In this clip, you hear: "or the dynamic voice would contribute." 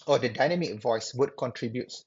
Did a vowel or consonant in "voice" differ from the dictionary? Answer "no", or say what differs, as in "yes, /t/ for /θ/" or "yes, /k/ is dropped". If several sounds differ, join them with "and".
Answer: no